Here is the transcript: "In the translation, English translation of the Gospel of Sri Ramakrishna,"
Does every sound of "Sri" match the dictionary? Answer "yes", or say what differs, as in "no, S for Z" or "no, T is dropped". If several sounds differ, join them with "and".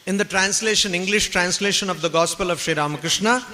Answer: yes